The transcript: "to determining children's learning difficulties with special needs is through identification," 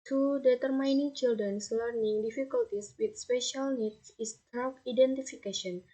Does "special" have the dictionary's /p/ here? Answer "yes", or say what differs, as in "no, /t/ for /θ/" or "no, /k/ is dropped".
yes